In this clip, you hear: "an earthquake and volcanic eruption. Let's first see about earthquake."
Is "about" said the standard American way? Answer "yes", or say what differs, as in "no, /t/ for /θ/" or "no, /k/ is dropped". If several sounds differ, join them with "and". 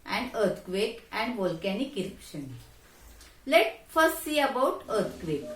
yes